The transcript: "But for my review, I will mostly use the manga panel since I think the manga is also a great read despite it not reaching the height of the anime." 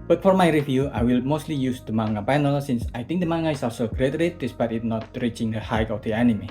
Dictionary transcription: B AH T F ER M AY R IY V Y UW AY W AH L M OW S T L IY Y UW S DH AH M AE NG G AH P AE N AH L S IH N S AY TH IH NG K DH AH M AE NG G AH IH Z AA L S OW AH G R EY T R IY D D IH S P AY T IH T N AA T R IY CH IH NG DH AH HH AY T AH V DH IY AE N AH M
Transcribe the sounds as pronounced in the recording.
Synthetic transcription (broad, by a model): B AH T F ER M AY R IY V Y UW AY W AH L M OW S T L IY Y UW S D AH M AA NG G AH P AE N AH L S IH N S AY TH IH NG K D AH M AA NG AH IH S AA S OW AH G R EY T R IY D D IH S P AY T IH T N AA T R IY CH IH NG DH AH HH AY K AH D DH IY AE N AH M